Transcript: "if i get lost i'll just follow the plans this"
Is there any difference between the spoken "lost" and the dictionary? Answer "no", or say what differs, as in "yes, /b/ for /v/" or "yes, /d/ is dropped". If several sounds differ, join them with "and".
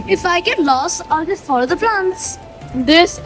yes, /t/ is dropped